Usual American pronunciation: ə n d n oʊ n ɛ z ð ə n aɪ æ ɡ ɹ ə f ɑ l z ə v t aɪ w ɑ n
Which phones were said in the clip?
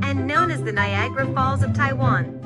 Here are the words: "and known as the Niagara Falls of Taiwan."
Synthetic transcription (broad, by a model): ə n n oʊ n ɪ z ð ə n aɪ æ ɡ ɹ ə f ɑ l z ə v t aɪ w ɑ n